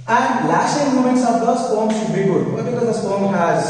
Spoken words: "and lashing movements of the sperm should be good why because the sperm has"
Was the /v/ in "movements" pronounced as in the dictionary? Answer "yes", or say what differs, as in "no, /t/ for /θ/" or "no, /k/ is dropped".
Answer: no, /v/ is dropped